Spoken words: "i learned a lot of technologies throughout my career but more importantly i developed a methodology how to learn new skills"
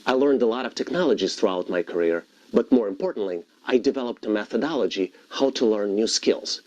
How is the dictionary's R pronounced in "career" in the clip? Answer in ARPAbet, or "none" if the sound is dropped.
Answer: R